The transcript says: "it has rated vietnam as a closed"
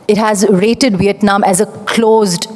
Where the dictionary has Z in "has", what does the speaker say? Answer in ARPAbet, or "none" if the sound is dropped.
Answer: Z